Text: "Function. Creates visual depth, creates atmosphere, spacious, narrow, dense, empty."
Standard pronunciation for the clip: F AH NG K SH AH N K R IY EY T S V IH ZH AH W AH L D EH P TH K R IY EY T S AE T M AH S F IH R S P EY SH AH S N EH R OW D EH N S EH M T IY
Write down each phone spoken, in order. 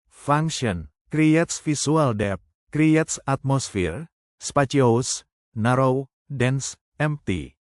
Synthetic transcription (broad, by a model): F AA NG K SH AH N K R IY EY T S F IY S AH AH L D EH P K R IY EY T S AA T M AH S F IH R S P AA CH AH S N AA R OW D EH N S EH M T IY